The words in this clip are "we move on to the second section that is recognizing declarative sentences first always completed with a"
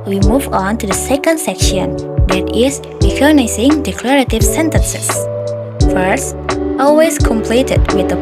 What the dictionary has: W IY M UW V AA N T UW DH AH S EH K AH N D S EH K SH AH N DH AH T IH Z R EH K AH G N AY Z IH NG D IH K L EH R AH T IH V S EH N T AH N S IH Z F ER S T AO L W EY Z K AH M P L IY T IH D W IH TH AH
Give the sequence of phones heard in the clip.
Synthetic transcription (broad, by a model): W IY M UW V AA N T UW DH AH S EH K AH N D S EH K SH AH N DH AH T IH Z R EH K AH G N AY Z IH NG D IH K L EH R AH T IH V S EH N T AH N S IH S F ER S T AO L W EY S K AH M P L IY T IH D W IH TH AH